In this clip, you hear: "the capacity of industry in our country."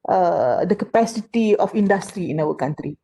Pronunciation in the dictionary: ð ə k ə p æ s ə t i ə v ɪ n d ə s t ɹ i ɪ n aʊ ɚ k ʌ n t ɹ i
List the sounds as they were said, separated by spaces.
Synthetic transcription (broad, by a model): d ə k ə p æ s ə t i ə f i n d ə s t ɹ i ɪ n aʊ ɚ k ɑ n t ɹ i